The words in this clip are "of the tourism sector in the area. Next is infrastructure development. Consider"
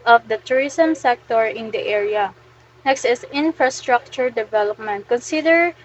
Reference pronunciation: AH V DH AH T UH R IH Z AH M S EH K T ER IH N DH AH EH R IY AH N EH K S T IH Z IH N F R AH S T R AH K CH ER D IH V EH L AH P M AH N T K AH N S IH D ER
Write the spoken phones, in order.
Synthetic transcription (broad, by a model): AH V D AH T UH R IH S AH M S EH K T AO IH N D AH EH R IY AH N EH K S T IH S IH N F R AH S T R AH K CH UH D IH V EH L AH P M AH N T K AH N S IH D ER